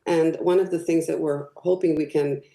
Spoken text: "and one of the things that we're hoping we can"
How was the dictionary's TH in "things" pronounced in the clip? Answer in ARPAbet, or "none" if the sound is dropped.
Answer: TH